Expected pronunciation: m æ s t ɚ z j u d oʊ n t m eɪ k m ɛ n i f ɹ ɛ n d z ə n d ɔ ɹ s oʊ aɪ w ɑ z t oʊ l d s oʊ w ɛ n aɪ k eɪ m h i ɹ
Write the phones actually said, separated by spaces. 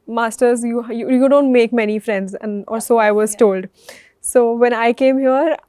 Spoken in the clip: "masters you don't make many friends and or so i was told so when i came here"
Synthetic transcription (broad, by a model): m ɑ s t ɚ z j u d oʊ n t m eɪ k m ɛ n i f ɹ ɛ n d z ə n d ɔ l s oʊ aɪ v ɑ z t oʊ l d s oʊ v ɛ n aɪ k eɪ m h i ɹ